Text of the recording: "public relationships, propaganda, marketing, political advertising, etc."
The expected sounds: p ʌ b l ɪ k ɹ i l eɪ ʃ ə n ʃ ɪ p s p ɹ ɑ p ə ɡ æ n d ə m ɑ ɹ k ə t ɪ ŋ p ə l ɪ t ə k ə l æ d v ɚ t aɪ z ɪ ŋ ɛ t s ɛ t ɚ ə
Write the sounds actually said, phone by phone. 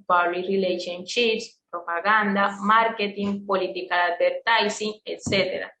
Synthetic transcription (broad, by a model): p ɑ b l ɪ ɹ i l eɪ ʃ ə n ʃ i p s p ɹ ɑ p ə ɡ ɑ n d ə m ɑ ɹ k ə t ɪ ŋ p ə l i t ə k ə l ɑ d b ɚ t aɪ s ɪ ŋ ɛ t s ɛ t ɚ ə